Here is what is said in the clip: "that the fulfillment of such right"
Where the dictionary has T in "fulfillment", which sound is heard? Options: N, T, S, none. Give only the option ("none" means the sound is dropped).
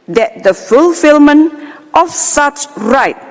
T